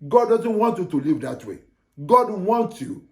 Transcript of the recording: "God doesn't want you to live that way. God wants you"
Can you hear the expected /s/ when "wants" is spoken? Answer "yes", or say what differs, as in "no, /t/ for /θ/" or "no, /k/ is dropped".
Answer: no, /s/ is dropped